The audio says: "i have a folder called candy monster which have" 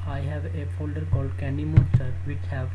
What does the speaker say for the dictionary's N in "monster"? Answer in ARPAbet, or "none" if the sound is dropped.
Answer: none